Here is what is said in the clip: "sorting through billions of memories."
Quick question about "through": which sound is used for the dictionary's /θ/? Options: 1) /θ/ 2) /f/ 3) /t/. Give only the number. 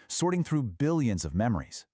1